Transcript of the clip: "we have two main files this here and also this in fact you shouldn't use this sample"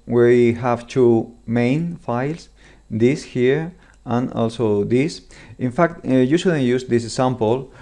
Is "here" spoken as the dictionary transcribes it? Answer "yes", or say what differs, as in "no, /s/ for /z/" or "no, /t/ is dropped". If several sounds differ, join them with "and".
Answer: yes